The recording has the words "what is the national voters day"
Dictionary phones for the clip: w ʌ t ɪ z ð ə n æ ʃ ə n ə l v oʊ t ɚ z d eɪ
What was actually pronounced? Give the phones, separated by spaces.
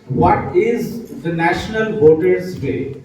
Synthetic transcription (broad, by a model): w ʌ t ɪ z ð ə n æ ʃ ə n ə l b oʊ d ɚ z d eɪ